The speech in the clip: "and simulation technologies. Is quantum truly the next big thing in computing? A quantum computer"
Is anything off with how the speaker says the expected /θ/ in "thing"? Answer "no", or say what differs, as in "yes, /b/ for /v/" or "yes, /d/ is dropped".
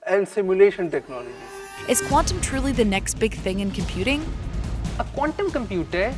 no